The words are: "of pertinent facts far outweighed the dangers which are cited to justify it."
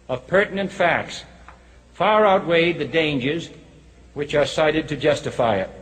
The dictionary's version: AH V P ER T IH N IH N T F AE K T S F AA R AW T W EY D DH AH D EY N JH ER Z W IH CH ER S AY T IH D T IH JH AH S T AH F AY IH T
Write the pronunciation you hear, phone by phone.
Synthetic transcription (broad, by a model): AH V P ER T N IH N T F AE K T S F AA R AW T W EY D DH AH D EY N JH ER Z W IH CH ER S AY T IH D T IH JH AH S T AH F AY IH T